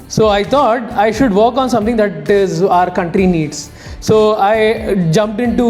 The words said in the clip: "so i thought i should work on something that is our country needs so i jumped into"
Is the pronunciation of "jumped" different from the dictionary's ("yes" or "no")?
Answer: no